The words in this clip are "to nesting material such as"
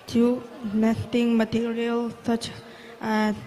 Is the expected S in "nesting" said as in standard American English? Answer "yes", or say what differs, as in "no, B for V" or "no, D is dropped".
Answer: no, S is dropped